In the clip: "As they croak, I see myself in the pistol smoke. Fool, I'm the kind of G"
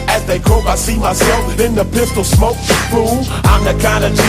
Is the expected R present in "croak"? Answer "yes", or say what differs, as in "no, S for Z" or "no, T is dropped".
no, R is dropped